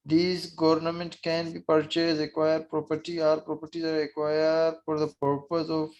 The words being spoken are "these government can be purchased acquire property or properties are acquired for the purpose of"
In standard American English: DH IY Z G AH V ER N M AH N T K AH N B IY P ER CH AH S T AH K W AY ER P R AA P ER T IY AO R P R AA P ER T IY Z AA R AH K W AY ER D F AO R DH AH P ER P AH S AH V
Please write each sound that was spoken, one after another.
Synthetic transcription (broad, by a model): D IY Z G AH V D N M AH N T K AH N B IY P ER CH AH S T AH K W AY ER P R AA P ER T IY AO R P R AA P ER T IY Z AA R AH K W AY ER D F AO R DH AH P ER P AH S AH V